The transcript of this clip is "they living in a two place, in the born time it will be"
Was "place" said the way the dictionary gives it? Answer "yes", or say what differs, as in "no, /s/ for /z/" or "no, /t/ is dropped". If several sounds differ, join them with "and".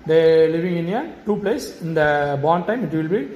yes